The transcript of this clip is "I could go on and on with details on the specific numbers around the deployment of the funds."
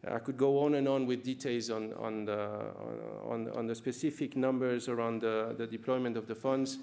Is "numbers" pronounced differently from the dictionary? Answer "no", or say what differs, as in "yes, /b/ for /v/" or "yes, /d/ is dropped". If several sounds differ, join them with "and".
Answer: no